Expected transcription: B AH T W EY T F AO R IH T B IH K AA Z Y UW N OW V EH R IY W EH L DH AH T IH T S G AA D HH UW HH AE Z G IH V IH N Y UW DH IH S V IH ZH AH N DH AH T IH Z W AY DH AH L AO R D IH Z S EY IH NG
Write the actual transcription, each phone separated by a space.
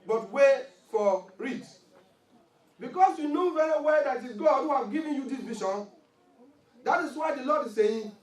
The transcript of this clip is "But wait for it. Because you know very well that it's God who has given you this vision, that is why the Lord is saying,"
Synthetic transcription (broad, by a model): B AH T W EY F AO R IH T B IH K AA S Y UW N OW V EH R IY W EH L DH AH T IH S G AA D HH UW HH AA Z G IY V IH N Y UW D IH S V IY SH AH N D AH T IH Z W AY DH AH L AO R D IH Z S EY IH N